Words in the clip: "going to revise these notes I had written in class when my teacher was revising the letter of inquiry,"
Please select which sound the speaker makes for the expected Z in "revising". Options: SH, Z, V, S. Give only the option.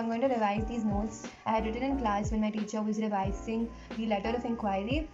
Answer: S